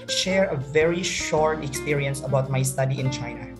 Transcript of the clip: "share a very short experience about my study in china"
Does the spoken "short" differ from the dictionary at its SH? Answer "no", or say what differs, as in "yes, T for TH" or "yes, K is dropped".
no